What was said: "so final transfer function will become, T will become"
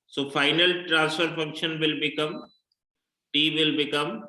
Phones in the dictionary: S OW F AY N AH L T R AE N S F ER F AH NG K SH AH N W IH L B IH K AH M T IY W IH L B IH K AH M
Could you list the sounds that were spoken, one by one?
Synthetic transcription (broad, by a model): S OW F AY N AH L T R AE N S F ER F AH NG K SH AH N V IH L B IH K AH M T IY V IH L B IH K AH M